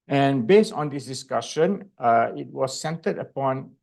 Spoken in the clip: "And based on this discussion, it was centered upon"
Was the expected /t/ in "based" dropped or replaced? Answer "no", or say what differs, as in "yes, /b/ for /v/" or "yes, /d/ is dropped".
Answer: no